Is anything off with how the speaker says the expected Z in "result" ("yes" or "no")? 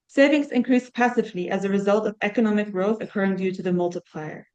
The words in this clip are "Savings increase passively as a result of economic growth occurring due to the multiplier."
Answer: no